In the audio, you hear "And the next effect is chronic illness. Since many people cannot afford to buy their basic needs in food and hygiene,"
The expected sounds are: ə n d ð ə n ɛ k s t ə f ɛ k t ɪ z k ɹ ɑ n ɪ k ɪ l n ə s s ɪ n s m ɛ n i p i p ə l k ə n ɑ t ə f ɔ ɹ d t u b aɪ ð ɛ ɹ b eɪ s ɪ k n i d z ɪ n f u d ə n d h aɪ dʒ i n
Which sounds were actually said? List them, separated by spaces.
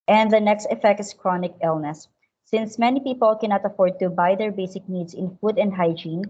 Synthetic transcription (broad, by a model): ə n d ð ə n ɛ k s t ə f ɛ k t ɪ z k ɹ ɑ n ɪ k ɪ l n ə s s ɪ n s m ɛ n i p i p ə l k ə n ɑ t ə f ɔ ɹ d t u b aɪ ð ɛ ɹ b eɪ s ɪ k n i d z ɪ n f u d ə n d h aɪ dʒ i n